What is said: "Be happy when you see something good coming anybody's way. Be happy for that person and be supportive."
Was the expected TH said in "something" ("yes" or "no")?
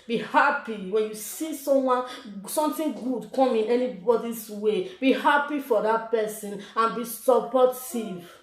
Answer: no